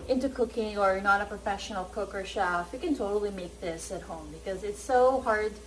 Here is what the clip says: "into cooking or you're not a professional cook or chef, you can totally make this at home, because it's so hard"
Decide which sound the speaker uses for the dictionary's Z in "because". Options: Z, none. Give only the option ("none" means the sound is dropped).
Z